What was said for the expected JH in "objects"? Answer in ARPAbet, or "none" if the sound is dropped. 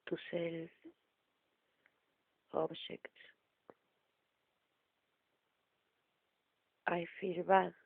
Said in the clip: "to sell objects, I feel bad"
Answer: SH